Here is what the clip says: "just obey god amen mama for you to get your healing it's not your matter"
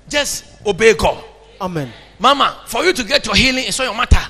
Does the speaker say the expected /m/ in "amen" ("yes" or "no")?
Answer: yes